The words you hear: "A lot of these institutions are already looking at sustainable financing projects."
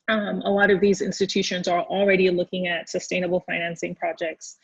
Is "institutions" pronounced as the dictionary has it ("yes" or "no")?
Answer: yes